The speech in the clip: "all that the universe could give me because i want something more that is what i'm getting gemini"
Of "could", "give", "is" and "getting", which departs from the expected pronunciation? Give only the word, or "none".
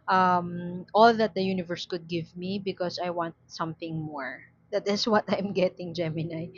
is